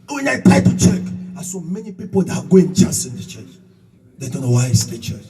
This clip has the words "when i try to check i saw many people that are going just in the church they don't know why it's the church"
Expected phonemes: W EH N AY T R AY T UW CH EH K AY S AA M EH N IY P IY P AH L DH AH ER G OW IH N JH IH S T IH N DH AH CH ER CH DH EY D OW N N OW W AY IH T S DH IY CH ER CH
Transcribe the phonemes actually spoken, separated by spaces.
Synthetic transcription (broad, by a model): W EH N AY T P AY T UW CH EH K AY S AA M EH N IY P IY P AH L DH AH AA G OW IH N CH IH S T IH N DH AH CH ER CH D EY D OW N N OW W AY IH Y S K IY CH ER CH